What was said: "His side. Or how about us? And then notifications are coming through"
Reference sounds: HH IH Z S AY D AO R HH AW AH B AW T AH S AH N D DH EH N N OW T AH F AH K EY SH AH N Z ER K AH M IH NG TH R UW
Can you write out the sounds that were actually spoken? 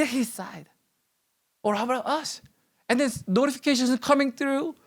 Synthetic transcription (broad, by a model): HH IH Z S AY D AO R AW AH AW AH S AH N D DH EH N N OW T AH F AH K EY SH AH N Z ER K AH M IH NG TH R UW